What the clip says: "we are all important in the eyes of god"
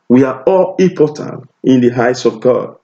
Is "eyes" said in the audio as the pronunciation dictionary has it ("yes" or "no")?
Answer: no